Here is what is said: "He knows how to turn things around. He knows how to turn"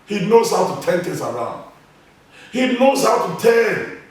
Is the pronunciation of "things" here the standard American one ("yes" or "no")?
no